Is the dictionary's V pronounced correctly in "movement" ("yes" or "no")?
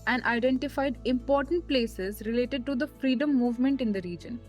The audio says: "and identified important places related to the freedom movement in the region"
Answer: yes